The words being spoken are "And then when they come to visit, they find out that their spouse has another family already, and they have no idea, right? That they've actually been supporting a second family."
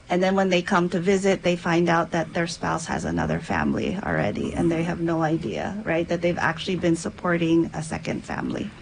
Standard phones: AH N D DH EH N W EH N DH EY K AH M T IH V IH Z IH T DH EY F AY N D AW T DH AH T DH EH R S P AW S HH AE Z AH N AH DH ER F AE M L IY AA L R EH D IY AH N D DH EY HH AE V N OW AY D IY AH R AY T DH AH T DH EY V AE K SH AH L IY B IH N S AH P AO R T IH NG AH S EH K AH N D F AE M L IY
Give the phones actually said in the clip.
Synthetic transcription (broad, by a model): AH N DH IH N W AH N DH EY K AH M T IH V IH Z IH T DH EY F AY N D AW T DH AH T DH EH R S P AW S HH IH Z AH N AH DH ER F AE M L IY L R EH D IY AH N DH EY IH V N OW AY D IY AH R AY T DH AH T DH EY V AE K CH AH L IY B IH N S AH P AO R T IH NG AH S EH K AH N D F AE M L IY